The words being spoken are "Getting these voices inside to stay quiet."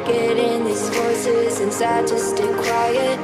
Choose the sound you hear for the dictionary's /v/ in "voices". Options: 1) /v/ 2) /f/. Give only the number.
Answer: 2